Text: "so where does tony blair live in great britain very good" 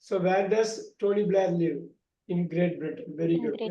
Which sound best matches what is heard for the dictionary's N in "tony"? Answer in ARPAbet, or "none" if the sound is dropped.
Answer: L